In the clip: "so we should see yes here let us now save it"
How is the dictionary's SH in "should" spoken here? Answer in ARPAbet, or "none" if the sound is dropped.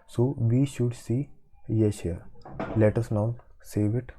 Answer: SH